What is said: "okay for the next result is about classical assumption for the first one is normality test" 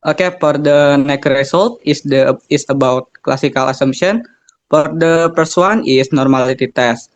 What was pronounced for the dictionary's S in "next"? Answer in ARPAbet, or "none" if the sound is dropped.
none